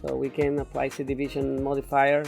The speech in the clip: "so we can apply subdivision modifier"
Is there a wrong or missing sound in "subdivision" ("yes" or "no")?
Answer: yes